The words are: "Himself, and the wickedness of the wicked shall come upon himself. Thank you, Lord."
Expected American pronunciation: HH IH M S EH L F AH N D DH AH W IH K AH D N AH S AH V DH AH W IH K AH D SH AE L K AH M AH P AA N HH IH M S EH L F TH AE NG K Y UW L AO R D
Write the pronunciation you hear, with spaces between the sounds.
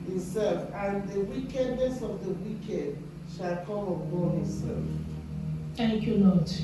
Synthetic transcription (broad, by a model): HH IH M S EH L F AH N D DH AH W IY K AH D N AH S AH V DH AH W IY K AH D SH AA L K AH M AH B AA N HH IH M S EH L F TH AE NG K Y UW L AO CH